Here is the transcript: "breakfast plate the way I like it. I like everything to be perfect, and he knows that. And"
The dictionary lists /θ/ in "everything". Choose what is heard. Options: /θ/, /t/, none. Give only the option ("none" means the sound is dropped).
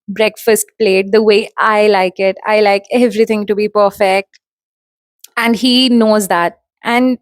/t/